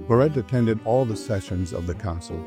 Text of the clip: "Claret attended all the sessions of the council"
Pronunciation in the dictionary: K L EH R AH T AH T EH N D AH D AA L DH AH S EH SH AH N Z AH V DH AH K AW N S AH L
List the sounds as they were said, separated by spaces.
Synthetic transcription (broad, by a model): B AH R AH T AH T EH N D AH D AA L DH AH S EH SH AH N Z AH V DH AH K AW N S L